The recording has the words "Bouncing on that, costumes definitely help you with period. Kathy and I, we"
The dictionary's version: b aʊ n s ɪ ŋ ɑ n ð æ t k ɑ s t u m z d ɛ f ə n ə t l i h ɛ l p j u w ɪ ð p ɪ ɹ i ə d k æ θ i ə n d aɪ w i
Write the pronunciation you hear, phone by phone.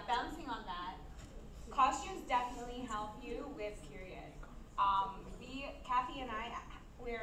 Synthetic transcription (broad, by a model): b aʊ n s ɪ ŋ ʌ n ð æ t k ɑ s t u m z d ɛ f ə n ə t l i h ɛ l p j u w ɪ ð p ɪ ɹ i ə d k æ f i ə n aɪ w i